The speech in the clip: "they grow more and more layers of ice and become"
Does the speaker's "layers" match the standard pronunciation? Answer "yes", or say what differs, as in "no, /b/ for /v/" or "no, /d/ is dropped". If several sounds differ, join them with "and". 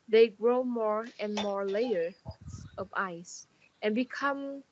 no, /z/ is dropped